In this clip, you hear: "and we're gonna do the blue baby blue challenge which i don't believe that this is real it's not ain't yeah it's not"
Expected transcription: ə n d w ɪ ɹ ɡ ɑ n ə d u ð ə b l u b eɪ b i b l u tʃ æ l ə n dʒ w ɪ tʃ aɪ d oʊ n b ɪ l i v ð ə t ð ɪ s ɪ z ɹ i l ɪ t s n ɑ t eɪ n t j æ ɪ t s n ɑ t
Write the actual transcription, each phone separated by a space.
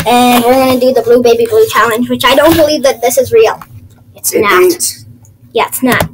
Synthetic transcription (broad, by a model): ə n w ɪ ɹ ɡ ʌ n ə d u ð ə b l u b eɪ b i b l u tʃ æ l ə n dʒ w ɪ tʃ aɪ d oʊ n b ɪ l i v ð ə t ð ɪ s ɪ z ɹ i l ɪ t s n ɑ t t j æ ɪ t s n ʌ t